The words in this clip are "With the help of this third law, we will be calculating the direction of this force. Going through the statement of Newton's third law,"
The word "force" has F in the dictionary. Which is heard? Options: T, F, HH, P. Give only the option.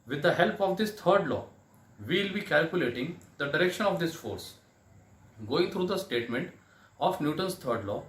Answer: F